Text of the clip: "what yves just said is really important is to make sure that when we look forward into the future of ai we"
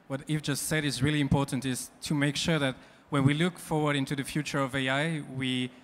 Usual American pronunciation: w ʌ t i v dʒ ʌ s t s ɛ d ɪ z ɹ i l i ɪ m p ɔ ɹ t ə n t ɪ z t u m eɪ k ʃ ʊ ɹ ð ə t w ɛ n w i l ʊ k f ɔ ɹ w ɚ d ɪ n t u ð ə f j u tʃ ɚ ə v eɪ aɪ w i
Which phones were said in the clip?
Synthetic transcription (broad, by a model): w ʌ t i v dʒ ʌ s t s ɛ d ɪ z ɹ i l i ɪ m p ɔ ɹ t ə n t ɪ z t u m eɪ k ʃ ʊ ɹ ð ə t w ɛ n w i l ʊ k f ɔ ɹ w ɚ d ɪ n t u ð ə f j u tʃ ɚ ə v eɪ aɪ w i